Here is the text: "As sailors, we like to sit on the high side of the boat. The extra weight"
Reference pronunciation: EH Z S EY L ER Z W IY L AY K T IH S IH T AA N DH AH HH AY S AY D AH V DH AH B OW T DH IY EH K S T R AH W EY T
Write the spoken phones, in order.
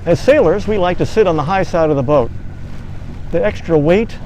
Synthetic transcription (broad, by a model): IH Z S EY L ER Z W IY L AY K T IH S IH T N DH AH HH AY S AY D AH V DH AH B OW T DH IY EH K S T R AH W EY T